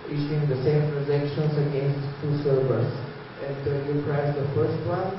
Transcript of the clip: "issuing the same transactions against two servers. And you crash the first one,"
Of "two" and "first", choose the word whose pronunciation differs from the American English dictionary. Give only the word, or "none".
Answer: none